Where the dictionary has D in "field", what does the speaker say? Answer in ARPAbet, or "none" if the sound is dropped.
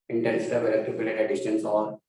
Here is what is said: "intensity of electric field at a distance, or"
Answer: none